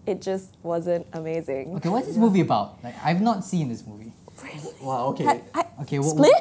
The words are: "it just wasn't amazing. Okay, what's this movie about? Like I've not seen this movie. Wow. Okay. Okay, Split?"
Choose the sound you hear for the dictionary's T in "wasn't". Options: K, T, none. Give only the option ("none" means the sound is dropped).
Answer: T